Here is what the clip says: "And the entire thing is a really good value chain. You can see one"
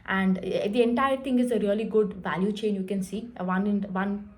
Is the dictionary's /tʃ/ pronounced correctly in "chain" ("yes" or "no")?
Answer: yes